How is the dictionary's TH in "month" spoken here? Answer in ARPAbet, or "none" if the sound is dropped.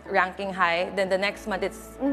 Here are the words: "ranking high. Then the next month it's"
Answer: T